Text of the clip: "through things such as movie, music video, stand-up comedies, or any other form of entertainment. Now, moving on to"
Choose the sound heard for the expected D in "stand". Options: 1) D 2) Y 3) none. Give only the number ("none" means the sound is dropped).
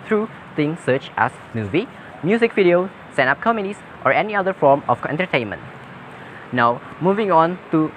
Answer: 3